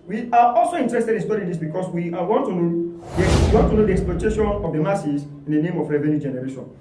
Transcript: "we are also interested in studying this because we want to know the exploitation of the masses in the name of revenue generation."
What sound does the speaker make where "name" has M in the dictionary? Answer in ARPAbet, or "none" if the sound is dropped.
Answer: M